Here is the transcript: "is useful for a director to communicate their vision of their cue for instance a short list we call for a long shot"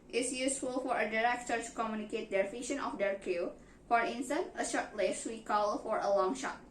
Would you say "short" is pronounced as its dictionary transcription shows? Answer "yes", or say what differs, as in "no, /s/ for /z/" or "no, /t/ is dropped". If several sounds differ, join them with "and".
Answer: yes